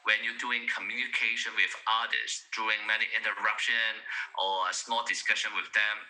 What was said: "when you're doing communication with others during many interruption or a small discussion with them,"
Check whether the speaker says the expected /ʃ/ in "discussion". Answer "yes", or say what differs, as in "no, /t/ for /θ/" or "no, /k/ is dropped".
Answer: yes